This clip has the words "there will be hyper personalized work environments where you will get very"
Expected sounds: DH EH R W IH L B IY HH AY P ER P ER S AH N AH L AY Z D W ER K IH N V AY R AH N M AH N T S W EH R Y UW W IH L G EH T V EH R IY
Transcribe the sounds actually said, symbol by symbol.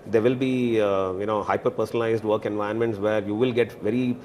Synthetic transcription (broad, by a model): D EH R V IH L B IY HH AY P ER P ER S AH N AH L AY Z D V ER K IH N V AY AH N M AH N T S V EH R Y UW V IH L G EH T V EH R IY